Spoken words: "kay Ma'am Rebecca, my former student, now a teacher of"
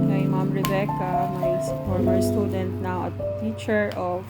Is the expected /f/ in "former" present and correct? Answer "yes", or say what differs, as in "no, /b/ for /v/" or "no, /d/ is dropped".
no, /p/ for /f/